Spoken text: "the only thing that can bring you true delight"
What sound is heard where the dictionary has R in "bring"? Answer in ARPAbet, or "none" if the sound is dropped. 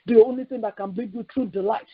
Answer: none